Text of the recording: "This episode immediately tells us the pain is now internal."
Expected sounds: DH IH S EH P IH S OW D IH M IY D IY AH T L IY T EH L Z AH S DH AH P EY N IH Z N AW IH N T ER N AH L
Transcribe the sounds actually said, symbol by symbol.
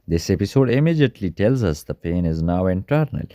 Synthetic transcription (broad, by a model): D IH S EH P IH S OW D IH M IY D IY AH T L IY T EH L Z AH S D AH P EY N IH Z N AW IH N T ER N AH L